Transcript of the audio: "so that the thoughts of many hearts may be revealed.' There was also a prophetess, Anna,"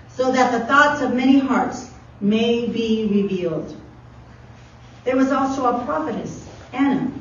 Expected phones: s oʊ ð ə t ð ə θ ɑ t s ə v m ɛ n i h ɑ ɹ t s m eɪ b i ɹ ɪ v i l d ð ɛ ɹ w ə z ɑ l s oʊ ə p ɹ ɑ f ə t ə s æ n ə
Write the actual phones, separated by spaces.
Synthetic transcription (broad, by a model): s oʊ ð ə t ð ə θ ɑ t s ə v m ɛ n i h ɑ ɹ t s m eɪ b i ɹ ɪ v i l d ð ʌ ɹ w ə z ɑ l s oʊ ə p ɹ ɑ f ə t ə s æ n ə